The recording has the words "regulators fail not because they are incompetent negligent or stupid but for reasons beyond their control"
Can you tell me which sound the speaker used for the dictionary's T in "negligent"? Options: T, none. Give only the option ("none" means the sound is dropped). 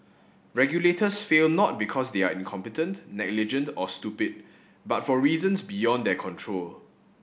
T